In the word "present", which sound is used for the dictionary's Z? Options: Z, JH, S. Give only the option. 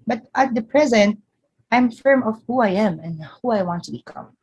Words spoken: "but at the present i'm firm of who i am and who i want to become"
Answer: Z